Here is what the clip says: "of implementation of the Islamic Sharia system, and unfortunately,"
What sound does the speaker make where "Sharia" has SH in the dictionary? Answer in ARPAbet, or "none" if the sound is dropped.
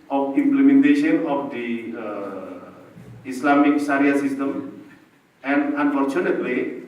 S